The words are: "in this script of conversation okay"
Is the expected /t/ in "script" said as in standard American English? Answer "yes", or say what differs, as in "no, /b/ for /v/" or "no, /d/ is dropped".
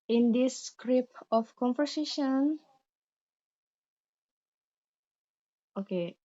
no, /t/ is dropped